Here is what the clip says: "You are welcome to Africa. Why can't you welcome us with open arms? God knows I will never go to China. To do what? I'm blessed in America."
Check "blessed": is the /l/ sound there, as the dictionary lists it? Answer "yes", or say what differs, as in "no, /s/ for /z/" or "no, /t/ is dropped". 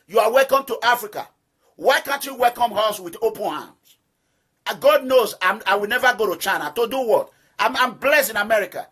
yes